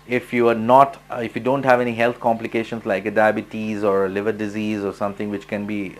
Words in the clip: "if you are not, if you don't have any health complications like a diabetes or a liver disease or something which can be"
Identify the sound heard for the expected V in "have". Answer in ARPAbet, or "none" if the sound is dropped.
V